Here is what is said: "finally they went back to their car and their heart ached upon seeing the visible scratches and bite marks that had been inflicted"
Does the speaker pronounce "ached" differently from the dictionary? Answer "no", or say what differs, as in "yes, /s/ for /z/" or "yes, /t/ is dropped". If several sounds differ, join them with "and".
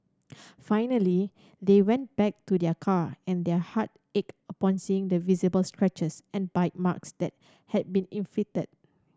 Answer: yes, /t/ is dropped